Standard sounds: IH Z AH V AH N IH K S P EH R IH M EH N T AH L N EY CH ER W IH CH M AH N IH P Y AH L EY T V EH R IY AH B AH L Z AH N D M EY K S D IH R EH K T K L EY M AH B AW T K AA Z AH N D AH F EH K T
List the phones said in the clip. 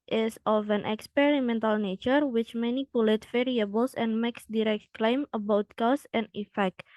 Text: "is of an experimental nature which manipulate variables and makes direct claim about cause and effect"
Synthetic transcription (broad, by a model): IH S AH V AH N IH K S P EH R IH M EH N T AH L N EY CH ER W IH CH M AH N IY P Y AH L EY T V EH R IY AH B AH L S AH N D M EY K S D IH R EH K T K L EY M AH B AW T K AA S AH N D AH F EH K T